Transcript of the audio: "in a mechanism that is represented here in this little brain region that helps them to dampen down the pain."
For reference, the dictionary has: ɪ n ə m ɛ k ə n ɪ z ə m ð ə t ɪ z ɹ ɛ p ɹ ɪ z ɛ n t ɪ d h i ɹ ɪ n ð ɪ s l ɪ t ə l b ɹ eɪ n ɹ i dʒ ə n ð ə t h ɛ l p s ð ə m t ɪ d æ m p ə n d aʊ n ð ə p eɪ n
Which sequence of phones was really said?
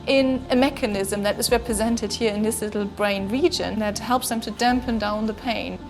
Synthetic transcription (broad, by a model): ɪ n ə m ɛ k ə n ɪ z ə m ð ə t ɪ z ɹ ɛ p ɹ ɪ z ɛ n t ɪ d h i ɹ ɪ n ð ɪ s l ɪ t l b ɹ eɪ n ɹ i dʒ ə n ð ə t h ɛ l p s ð ə m t ɪ d æ m p ə n d aʊ n ð ə p eɪ n